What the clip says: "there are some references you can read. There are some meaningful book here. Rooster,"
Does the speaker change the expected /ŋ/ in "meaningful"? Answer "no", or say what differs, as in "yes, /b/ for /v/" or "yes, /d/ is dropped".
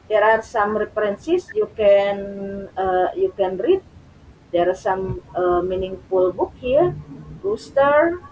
no